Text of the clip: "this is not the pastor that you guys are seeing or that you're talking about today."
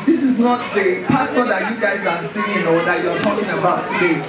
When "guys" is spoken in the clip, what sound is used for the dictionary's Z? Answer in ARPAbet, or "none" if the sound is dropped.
Z